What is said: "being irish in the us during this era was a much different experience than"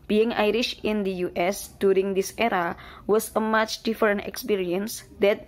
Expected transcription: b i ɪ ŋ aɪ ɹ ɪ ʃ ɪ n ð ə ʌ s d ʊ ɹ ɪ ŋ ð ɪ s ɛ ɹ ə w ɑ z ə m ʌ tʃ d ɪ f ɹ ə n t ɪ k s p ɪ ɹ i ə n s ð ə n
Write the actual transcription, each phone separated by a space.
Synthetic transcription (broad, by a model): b i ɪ ŋ aɪ ɹ ɪ ʃ ɪ n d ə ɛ s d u ɹ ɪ ŋ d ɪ s ɛ ɹ ə w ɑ s ə m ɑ tʃ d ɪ f ɹ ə n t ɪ k s p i ɹ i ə n s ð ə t